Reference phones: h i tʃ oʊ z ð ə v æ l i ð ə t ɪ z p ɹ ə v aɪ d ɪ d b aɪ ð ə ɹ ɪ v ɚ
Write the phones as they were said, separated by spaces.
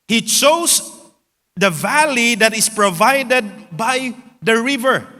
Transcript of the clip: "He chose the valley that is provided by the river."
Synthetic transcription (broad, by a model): h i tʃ oʊ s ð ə v æ l i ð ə t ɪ s p ɹ ə v aɪ d ɪ d b aɪ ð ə ɹ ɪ v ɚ